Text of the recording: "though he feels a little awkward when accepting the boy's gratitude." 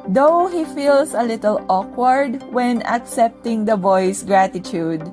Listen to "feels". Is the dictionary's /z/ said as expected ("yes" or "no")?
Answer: no